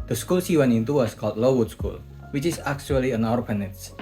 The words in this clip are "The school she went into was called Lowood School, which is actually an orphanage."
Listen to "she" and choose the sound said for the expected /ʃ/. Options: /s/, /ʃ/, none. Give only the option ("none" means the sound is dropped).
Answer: /s/